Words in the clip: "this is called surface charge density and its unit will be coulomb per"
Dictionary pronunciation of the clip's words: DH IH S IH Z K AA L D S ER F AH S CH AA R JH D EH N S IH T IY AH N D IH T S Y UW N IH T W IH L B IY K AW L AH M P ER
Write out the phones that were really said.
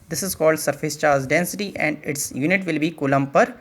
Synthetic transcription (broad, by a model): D IH S IH Z K AA L D S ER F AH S CH AA R Z D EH N S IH T IY AH N D IH T S Y UW N IH T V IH L B IY K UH L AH M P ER